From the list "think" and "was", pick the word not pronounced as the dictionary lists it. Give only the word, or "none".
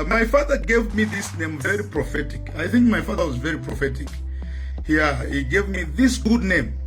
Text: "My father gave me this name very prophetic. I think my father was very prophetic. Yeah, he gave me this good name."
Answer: none